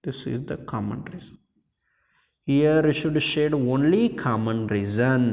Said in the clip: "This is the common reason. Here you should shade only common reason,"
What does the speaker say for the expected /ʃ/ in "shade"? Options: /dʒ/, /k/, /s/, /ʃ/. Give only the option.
/ʃ/